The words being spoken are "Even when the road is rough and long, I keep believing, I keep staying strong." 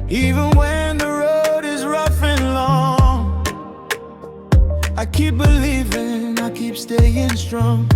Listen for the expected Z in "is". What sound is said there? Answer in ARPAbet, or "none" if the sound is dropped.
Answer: Z